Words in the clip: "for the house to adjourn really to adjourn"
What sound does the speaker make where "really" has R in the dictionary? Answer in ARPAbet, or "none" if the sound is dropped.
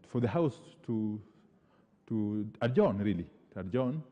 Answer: R